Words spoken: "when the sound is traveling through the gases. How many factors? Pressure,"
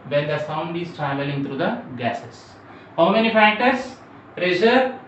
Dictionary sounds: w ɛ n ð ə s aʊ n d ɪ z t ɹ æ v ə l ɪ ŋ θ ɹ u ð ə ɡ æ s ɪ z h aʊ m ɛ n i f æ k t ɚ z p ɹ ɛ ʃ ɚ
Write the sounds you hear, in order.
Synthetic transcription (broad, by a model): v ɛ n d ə s aʊ n d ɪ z t ɹ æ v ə l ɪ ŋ t ɹ u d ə ɡ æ s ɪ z h aʊ m ɛ n i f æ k t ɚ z p ɹ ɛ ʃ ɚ